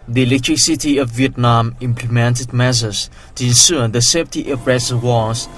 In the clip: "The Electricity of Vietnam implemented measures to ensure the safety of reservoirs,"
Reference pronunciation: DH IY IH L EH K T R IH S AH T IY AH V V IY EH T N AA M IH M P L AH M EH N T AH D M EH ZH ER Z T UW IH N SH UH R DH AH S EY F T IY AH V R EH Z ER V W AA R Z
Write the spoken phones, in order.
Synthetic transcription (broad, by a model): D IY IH L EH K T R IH S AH T IY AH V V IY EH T N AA M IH M P L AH M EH N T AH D M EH S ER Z T UW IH N S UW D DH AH S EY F T IY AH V R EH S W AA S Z